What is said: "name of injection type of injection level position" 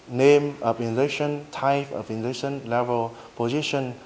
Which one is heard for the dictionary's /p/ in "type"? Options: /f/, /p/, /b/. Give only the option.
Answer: /f/